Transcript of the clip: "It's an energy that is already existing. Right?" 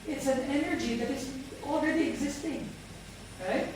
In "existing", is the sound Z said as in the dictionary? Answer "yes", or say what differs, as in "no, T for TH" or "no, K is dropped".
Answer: yes